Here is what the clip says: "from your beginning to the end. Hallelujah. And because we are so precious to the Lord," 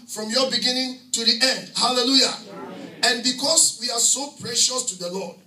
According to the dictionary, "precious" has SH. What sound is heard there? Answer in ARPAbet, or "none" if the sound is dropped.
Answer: SH